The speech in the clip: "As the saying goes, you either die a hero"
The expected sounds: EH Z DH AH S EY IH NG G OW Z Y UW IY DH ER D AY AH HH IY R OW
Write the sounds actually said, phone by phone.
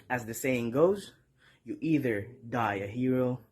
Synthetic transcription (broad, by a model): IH Z DH AH S EY IH NG G OW Z Y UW IY DH ER D AY AH HH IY R OW